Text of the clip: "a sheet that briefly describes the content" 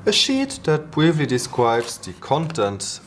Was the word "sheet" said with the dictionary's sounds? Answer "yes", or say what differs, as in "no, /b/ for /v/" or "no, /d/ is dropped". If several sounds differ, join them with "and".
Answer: yes